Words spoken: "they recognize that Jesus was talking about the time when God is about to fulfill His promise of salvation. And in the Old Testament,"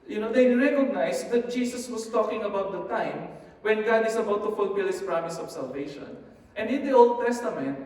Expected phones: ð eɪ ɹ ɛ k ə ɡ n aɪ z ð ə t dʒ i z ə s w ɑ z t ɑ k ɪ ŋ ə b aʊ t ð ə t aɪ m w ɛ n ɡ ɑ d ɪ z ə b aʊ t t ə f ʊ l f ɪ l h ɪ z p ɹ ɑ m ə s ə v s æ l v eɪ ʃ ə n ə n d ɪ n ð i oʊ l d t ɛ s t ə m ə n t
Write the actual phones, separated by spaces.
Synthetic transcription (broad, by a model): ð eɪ ɹ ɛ k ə ɡ n aɪ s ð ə t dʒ i s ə s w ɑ s t ɑ k ɪ ŋ ə b aʊ t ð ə t aɪ m w ɛ n ɡ ɑ d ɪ s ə b aʊ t t ə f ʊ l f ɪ l h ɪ s p ɹ ɑ m ə s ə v s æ l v eɪ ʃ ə n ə n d ɪ n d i oʊ l d t ɛ s t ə m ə n t